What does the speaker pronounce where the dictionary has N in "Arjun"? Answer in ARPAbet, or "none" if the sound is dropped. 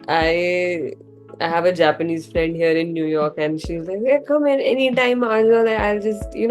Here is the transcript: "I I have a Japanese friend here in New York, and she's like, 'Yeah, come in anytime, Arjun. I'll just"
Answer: none